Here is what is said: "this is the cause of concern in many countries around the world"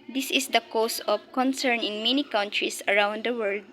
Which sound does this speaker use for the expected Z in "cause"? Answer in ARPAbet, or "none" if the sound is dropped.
S